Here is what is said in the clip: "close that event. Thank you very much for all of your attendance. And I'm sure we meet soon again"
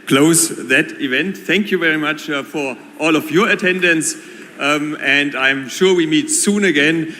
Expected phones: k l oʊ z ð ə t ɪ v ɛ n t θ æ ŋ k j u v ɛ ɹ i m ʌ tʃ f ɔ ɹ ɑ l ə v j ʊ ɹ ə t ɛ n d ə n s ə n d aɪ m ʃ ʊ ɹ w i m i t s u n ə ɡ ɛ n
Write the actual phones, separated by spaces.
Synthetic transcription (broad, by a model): k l oʊ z ð ə t ɪ v ɛ n t θ æ ŋ k j u v ɛ ɹ i m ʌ tʃ f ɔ ɹ ɑ l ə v j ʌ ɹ ə t ɛ n d ə n s ə n d aɪ m ʃ ʊ ɹ w i m i t s u n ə ɡ ɛ n